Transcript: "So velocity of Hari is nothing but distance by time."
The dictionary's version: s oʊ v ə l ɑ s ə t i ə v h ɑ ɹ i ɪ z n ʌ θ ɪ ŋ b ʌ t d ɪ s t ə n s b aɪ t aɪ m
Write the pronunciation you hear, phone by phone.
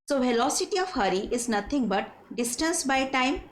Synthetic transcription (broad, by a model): s oʊ v ə l ɑ s ə t i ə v h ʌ ɹ i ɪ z n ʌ t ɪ ŋ b ʌ t d ɪ s t ə n s b aɪ t aɪ m